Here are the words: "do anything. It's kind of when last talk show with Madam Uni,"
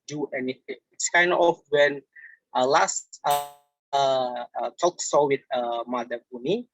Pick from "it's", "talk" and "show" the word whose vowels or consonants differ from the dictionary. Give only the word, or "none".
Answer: show